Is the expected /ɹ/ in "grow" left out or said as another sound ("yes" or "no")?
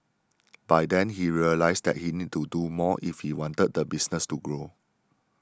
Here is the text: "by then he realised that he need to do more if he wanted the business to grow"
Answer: no